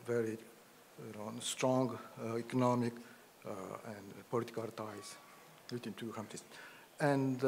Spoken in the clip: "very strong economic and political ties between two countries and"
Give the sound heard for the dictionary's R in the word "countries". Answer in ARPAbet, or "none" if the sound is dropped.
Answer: none